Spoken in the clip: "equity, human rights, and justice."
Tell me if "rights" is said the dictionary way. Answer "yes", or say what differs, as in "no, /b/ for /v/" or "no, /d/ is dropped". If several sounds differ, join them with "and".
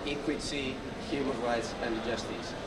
yes